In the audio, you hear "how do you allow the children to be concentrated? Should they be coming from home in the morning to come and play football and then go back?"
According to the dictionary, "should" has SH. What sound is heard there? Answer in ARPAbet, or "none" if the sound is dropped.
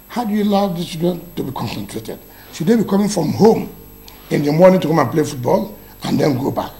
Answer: S